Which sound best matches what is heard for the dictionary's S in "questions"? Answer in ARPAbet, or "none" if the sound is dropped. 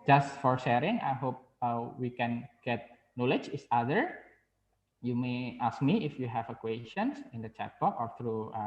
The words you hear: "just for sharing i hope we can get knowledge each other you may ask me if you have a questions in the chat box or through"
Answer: none